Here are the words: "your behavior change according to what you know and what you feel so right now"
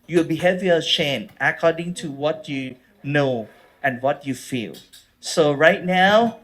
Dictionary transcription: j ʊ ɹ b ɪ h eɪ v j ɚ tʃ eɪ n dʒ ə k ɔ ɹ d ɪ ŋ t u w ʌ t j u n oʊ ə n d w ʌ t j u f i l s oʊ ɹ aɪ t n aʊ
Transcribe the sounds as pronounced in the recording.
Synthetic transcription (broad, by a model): j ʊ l b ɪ h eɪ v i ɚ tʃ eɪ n ə k ɔ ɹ d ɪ ŋ t u w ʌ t j u n oʊ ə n w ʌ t j u f i l s oʊ ɹ aɪ t n aʊ